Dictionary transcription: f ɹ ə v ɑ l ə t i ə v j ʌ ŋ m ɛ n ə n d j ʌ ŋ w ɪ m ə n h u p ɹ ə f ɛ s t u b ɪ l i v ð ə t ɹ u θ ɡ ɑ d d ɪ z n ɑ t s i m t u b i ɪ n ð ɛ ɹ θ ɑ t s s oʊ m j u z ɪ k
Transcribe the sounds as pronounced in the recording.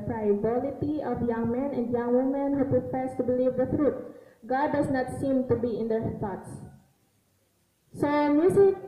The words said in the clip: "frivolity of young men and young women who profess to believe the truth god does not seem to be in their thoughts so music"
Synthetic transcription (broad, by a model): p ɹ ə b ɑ l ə t i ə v j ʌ ŋ m ɛ n ə n d j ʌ ŋ w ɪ m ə n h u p ɹ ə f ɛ s t u b ɪ l i v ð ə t ɹ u t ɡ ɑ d d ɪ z n ɑ t s i m t u b i ɪ n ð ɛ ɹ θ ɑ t s s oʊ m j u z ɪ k